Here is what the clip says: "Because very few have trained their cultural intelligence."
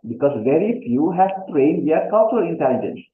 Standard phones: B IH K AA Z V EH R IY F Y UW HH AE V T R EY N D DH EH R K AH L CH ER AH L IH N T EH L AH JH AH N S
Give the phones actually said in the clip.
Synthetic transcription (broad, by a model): B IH K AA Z V EH R IY F Y UW HH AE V T R EY N D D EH R K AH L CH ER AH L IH N T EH L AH JH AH N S